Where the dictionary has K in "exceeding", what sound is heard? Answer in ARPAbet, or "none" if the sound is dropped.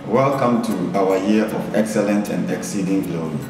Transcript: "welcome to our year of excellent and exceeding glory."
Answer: K